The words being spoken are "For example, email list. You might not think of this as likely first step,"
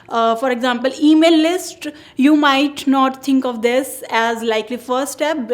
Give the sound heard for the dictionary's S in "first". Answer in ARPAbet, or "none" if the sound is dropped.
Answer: none